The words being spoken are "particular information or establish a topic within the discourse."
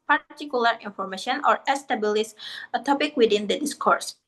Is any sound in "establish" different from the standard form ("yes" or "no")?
yes